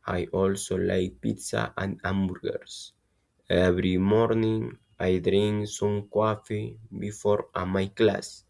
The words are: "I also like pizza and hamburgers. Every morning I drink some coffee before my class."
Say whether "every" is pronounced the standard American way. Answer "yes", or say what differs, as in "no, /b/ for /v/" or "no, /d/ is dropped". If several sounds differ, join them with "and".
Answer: no, /b/ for /v/